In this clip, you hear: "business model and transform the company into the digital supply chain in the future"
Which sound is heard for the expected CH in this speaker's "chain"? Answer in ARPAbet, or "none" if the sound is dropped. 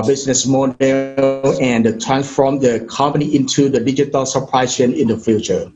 S